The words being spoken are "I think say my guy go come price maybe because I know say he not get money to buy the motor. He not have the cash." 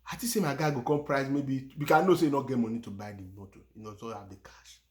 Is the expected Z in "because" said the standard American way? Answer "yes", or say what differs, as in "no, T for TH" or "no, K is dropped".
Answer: no, Z is dropped